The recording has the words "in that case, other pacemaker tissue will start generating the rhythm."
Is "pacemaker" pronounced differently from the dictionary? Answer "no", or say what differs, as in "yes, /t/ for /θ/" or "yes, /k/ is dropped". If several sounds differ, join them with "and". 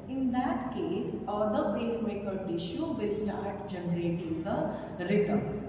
yes, /b/ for /p/